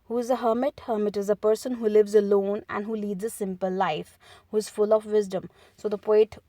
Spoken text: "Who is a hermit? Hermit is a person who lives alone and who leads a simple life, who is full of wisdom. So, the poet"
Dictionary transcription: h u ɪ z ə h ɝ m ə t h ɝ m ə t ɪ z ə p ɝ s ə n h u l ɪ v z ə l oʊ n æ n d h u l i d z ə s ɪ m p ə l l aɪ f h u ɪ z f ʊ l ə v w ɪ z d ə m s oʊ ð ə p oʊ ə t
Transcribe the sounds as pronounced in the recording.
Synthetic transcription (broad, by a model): h u ɪ z ə h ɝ m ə t h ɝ m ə t ɪ z ə p ɝ s ə n h u l ɪ v z ə l oʊ n æ n d h u l i d z ə s ɪ m p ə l l aɪ f h u ɪ z f ʊ l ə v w ɪ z d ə m s oʊ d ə p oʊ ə t